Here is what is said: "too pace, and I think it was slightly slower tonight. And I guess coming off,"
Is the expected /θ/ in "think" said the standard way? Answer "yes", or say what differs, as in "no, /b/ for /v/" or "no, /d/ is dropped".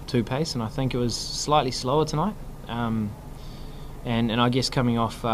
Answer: yes